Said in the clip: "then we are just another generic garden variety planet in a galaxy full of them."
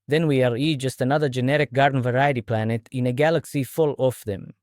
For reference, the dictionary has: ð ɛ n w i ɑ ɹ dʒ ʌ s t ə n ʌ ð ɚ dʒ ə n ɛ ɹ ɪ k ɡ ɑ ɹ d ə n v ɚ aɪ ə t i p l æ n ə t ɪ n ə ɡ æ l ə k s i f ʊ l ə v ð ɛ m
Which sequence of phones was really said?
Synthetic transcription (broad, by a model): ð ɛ n w i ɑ ɹ dʒ ʌ s t ə n ʌ ð ɚ dʒ ə n ɛ ɹ ɪ k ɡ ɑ ɹ d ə n v ɚ aɪ ə t i p l æ n ə t ɪ n ə ɡ æ l ə k s i f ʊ l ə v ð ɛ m